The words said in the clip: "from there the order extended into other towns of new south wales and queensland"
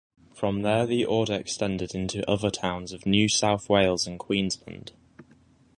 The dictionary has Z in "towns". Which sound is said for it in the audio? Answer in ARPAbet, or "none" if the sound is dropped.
Z